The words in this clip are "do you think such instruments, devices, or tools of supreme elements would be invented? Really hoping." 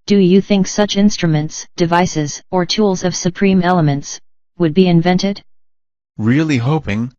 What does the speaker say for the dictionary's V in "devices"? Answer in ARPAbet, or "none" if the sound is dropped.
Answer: V